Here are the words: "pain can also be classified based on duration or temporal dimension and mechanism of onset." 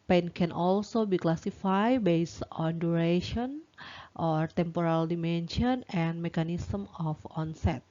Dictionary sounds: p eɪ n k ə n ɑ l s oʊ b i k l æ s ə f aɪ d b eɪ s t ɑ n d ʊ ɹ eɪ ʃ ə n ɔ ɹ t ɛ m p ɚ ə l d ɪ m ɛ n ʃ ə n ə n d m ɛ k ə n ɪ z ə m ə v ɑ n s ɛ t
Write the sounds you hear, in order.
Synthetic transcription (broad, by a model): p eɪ n k ə n ɑ l s oʊ b i k l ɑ s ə f aɪ b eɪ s ɑ n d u ɹ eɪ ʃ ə n ɔ ɹ t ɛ m p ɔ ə l d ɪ m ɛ n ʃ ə n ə n m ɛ k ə n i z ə m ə f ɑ n s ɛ t